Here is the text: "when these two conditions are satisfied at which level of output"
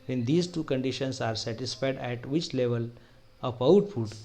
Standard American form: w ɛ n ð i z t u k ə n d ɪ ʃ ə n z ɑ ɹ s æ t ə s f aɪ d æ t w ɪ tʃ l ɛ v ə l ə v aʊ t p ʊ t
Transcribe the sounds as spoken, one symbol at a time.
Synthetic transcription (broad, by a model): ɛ n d i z t u k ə n d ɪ ʃ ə n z ɑ ɹ s æ t ə s f aɪ d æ t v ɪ tʃ l ɛ v ə l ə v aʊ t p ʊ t